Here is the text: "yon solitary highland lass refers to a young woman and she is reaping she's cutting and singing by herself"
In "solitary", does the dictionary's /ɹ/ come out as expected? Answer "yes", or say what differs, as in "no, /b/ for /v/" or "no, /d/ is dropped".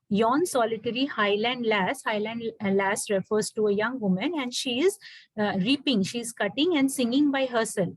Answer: no, /l/ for /ɹ/